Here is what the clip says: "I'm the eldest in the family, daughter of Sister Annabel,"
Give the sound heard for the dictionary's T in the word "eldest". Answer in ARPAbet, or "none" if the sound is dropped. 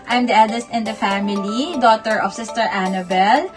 T